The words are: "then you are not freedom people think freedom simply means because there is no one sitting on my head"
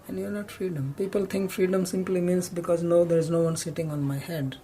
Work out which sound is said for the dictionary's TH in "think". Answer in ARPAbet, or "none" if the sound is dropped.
T